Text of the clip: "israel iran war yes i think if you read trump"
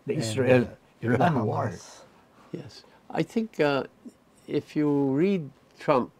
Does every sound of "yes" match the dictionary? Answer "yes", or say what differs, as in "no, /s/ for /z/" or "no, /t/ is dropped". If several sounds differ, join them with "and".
yes